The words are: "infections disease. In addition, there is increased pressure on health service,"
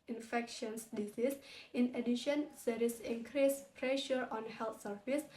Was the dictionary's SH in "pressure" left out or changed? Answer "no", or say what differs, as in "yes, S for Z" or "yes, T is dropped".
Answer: no